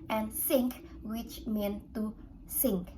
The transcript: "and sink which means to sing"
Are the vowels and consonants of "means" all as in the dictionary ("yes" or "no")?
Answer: no